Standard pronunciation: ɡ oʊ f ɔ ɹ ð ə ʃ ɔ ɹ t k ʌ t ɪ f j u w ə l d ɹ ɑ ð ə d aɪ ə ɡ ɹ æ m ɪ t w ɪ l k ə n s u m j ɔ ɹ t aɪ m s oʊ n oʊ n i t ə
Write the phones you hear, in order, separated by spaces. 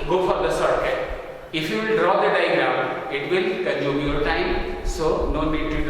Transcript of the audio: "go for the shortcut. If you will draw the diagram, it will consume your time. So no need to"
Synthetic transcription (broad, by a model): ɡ oʊ f ɔ ɹ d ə s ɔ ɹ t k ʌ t ɪ f j u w l d ɹ ɑ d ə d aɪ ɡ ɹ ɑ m ɪ t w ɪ l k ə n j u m j ɔ ɹ t aɪ m s oʊ n oʊ n i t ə